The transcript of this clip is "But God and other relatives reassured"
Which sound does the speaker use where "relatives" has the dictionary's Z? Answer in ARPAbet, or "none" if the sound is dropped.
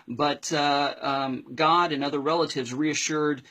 Z